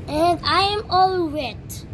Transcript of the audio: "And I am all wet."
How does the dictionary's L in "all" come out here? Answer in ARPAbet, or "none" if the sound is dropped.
L